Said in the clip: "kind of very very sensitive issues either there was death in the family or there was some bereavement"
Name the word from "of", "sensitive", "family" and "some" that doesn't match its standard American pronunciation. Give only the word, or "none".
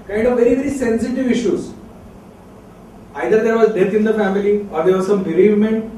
none